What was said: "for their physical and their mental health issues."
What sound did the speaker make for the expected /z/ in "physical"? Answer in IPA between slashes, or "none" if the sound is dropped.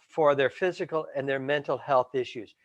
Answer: /z/